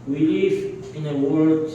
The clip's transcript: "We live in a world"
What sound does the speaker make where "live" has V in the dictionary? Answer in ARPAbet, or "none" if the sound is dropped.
F